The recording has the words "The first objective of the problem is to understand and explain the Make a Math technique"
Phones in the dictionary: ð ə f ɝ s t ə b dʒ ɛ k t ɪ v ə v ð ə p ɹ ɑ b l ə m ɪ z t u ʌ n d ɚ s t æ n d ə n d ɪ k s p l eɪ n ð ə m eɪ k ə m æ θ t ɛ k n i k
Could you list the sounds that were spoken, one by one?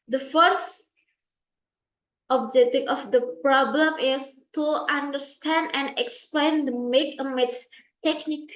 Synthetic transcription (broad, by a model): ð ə f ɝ s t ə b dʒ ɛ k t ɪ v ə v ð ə p ɹ ɑ b l ə m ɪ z t u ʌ n d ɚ s t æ n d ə n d ɪ k s p l eɪ n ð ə m eɪ k ə m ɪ s t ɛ k n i k